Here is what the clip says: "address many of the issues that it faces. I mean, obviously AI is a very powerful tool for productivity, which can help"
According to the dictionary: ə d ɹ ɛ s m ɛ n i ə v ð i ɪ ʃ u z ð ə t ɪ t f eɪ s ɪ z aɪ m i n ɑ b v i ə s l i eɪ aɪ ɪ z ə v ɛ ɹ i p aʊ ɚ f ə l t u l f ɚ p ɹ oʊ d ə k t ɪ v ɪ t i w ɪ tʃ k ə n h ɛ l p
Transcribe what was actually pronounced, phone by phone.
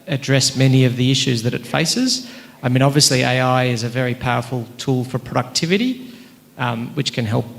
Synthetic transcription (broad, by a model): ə d ɹ ɛ s m ɛ n i ə v ð i ɪ ʃ u z ð ə t ɪ t f eɪ s ɪ z aɪ m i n ɑ b v i ə s l i eɪ aɪ ɪ z ə v ɛ ɹ i p aʊ ɚ f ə l t u l f ɚ p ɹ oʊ d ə k t ɪ v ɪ t i w ɪ tʃ k ə n h ɛ l p